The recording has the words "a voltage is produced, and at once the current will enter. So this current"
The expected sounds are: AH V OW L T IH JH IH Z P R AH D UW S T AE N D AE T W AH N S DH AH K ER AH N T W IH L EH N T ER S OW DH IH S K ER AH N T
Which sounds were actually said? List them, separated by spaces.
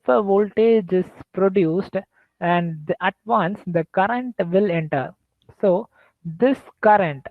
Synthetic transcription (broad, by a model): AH V OW L T IH JH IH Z P R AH D UW S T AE N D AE T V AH N S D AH K ER AH N T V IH L EH N T ER S OW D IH S K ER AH N T